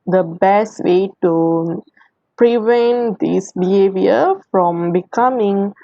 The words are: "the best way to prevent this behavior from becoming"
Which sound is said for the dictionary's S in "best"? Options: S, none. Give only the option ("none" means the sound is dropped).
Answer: S